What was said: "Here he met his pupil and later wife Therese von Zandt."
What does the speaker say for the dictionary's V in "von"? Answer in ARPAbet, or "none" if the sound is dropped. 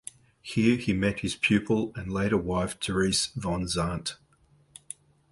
V